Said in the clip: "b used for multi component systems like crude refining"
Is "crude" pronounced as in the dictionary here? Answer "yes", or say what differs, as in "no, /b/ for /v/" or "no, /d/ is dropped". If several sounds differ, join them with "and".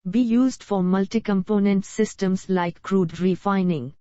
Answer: yes